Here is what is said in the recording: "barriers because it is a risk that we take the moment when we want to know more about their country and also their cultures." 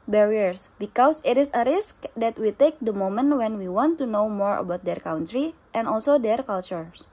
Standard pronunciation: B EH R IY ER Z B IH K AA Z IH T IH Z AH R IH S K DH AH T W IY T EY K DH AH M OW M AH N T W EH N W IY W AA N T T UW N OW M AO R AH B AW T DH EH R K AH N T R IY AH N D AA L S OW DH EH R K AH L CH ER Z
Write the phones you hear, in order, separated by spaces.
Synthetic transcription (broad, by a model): B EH R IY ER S B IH K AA S IH T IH S AH R IH S K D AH T W IY T EY K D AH M OW M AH N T W EH N W IY W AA N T T UW N OW M AO R AH B AW T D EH R K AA N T R IY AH N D AA L S OW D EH R K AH L CH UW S